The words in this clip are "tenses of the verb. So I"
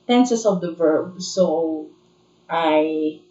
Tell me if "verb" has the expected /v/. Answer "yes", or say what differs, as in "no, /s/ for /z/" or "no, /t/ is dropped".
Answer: yes